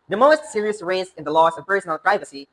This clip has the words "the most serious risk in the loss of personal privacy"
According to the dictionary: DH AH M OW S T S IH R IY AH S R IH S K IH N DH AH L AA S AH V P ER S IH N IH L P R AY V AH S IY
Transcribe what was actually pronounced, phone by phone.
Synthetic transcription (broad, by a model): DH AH M OW S T S IH R IY AH S R IH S IH N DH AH L AA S AH V P ER S IH N IH L P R AY V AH S IY